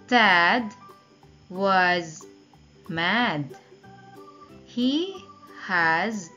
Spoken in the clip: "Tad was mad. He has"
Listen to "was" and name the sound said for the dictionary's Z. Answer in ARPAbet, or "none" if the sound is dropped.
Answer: Z